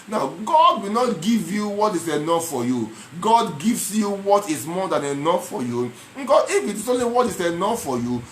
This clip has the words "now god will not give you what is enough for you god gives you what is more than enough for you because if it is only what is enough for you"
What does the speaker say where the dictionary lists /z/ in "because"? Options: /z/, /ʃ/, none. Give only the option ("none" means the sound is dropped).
none